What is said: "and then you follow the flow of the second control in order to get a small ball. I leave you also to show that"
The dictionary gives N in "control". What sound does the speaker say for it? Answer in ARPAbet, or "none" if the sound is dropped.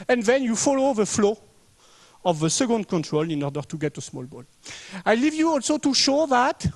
N